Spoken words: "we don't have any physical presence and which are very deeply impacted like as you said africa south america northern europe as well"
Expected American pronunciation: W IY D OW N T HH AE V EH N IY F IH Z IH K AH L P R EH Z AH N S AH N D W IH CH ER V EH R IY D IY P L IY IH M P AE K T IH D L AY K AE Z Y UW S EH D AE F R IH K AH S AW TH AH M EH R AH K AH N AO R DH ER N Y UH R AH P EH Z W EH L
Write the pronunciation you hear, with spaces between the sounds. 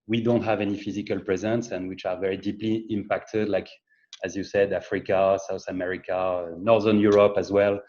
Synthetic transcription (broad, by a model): W IY D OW N T HH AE V EH N IY F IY Z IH K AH L P R EH Z AH N S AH N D W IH CH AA V EH R IY D IY P L IY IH M P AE K T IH D L AY K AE Z Y UW S EH D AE F R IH K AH S AW TH AH M EH R AH K AH N AO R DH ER N Y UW R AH P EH Z W EH L